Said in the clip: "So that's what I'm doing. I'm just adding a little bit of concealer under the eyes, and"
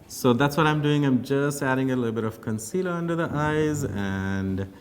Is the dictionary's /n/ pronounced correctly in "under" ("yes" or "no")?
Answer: yes